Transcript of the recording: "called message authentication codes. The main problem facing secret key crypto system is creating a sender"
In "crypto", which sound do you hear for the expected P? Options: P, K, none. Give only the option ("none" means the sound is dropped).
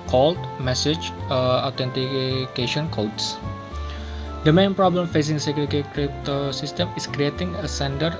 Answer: none